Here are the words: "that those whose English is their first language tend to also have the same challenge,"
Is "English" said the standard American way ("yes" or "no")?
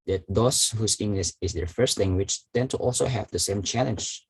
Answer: no